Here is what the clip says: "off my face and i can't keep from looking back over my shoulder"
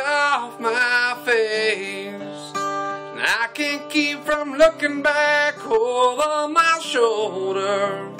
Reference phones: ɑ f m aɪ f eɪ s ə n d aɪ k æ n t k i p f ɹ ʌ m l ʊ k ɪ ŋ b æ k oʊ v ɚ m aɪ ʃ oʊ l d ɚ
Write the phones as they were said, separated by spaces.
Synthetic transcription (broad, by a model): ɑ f m aɪ f eɪ s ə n aɪ k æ n k i p f ɹ ʌ m l ʊ k ɪ ŋ b æ k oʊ ɚ m aɪ ʃ oʊ l d ɚ